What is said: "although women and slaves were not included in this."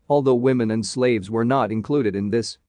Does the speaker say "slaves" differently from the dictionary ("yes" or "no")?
no